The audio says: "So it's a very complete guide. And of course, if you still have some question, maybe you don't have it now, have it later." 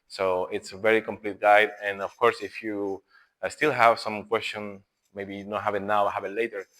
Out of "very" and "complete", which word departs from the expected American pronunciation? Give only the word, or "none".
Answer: none